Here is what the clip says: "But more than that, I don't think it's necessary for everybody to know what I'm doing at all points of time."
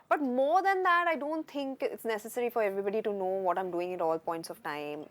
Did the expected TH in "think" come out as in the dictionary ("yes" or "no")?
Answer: no